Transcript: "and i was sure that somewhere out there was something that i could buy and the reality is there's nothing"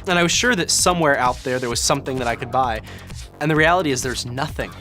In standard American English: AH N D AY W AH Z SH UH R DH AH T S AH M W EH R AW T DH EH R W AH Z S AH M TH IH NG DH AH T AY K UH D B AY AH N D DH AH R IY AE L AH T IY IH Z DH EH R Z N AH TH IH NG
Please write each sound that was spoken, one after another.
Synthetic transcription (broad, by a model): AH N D AY W AH Z SH UH R DH AH T S AH M W EH R AW T DH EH R W AH Z S AH M TH IH NG DH AH T AY K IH D B AY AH N DH AH R IY AE L AH T IY IH Z DH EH R Z N AH TH IH NG